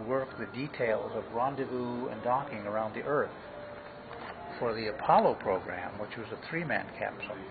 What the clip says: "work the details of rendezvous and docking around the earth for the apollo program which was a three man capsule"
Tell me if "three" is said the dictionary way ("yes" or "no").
yes